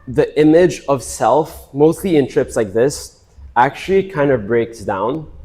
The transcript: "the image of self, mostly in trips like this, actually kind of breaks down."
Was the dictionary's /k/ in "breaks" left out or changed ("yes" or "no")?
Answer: no